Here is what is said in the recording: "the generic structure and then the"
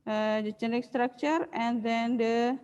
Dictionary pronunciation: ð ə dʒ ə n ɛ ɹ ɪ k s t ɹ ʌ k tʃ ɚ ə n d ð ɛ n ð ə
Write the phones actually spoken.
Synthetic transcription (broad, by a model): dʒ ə tʃ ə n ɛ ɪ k s t ɹ ʌ k tʃ ɚ ə n d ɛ n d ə